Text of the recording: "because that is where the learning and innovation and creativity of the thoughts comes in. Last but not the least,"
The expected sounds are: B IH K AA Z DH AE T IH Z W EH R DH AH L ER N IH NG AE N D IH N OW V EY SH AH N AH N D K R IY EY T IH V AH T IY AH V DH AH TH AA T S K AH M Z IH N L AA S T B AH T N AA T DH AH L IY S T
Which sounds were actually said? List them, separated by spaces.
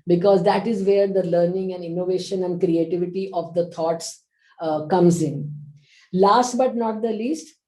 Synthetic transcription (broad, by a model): B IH K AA Z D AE T IH Z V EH R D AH L ER N IH NG AE N D IH N OW V EY SH AH N AH N D K R IY EY T IH V AH T IY AH V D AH T AA T S K AH M Z IH N L AA S T B AH T N AA T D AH L IY S T